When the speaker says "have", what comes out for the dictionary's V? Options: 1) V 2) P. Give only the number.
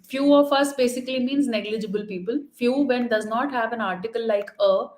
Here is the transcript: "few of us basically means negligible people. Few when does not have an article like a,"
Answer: 1